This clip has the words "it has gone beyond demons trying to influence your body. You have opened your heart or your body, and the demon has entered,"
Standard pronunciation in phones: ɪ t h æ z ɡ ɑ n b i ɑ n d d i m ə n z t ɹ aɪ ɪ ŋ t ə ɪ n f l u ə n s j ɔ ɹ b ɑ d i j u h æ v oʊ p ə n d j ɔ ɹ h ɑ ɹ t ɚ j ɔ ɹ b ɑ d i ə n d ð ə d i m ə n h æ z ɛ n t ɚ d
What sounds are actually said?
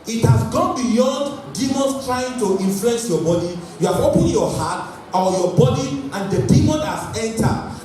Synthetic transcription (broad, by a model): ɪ t h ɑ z ɡ ɑ n b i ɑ n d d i m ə n s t ɹ aɪ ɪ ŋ t ə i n f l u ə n s j ɔ b ɑ d i j u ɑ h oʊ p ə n j ɔ h ɑ t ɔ j ɔ b ɑ d i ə n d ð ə d i m ə n h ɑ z ɛ n t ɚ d